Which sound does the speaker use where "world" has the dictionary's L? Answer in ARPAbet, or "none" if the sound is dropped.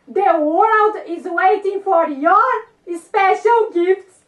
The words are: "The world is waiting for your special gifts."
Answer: L